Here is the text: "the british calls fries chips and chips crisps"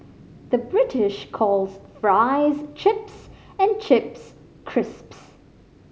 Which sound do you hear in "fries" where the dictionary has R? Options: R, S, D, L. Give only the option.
R